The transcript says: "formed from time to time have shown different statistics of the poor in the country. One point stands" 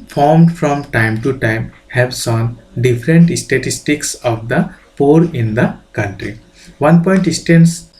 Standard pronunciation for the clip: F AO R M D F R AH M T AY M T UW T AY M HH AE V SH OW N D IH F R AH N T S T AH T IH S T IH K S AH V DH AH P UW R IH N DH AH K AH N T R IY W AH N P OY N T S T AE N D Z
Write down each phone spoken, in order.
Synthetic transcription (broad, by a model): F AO R M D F R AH M T AY M T UW T AY M HH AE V S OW N D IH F R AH N T S T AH T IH S T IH K S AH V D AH P UW R IH N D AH K AH N T R IY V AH N P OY N T S T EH N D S